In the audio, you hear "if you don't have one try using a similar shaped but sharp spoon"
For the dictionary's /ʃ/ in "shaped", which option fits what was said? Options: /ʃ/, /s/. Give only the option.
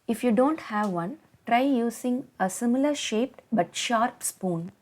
/ʃ/